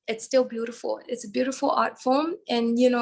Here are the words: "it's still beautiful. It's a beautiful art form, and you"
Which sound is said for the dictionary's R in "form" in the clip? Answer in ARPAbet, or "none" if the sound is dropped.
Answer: L